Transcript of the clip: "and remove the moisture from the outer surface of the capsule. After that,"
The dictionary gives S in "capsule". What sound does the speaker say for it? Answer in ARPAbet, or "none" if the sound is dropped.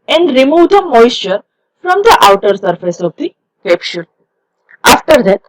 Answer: SH